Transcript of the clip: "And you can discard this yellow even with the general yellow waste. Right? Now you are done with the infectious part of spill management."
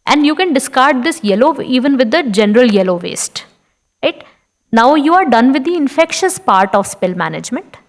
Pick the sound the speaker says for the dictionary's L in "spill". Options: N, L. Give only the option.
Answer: L